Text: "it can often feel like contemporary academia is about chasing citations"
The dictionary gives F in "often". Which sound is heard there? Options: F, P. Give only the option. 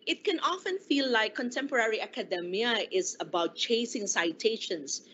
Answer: F